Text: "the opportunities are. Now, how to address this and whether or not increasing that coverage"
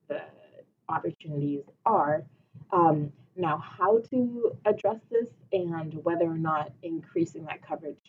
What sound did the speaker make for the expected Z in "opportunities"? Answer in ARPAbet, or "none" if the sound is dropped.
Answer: Z